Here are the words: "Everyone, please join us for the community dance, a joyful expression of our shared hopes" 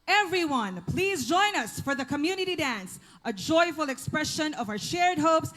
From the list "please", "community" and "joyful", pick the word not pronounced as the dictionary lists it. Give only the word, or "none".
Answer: none